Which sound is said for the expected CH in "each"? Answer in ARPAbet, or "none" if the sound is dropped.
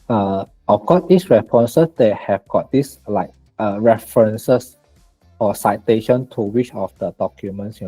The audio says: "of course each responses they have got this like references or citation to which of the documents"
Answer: S